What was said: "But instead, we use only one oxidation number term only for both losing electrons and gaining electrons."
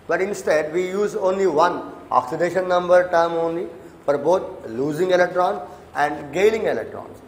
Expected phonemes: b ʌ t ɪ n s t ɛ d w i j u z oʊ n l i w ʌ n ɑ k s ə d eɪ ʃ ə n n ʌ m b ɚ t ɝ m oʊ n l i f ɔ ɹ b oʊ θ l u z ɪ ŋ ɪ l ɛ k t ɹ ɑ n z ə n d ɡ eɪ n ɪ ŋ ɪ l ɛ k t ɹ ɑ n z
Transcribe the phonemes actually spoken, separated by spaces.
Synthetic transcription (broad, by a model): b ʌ t ɪ n s t ɛ d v i j u z oʊ n l i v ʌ n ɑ k s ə d eɪ ʃ ə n n ʌ m b ɚ t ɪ m oʊ n l i f ɔ ɹ b oʊ t l u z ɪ ŋ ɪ l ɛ k t ɹ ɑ n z ə n d ɡ eɪ l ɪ ŋ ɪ l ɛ k t ɹ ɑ n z